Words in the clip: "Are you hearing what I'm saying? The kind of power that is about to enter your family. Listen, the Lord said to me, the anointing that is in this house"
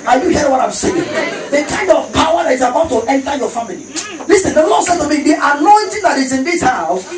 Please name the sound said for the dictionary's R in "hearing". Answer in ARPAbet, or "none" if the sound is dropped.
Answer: none